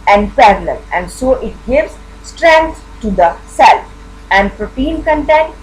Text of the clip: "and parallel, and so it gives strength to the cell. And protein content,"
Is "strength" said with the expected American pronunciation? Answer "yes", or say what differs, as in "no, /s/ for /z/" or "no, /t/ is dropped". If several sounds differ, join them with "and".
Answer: no, /t/ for /θ/